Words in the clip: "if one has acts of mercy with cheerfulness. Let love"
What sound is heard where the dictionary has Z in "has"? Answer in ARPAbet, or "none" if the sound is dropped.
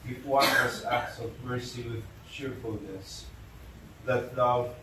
S